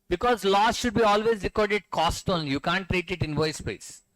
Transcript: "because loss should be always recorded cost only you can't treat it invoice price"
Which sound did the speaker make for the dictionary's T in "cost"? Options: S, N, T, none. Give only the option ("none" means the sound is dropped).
T